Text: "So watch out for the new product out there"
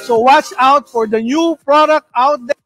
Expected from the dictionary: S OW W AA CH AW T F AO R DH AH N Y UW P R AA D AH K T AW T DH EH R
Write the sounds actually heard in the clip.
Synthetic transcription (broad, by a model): S OW W AA CH AW T F AO R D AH N Y UW P R AA D AH K T AW T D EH